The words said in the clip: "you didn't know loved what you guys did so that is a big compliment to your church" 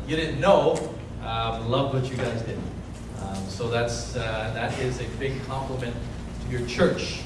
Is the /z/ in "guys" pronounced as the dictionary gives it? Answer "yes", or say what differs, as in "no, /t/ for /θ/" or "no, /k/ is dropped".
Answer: yes